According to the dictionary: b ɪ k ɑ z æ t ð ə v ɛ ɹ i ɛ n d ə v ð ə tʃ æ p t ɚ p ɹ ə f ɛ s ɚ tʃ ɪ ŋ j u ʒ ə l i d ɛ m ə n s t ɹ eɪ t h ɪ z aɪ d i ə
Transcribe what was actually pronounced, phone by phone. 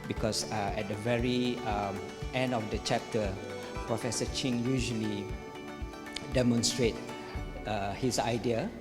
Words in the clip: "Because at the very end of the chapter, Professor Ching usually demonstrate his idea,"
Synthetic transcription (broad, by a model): b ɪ k ɑ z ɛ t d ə v ɛ ɹ i ɛ n d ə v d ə tʃ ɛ p t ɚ p ɹ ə f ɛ s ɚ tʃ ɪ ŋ j u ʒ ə l i d ɛ m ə n s t ɹ eɪ t h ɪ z aɪ d i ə